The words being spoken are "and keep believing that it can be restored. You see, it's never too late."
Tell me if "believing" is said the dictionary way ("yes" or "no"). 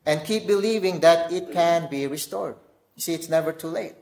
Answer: yes